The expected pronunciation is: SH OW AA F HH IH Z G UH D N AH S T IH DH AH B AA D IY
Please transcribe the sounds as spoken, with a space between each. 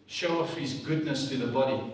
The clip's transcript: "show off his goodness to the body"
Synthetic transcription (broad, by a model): SH OW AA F HH IH Z G UH D N AH S T IH DH AH B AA D IY